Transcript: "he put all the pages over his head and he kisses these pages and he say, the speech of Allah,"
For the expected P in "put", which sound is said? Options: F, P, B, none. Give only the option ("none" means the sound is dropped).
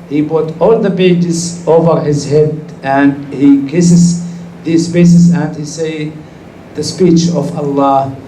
B